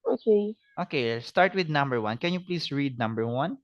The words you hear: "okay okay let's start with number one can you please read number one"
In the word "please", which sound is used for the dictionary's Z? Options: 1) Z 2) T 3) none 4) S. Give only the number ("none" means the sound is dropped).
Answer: 4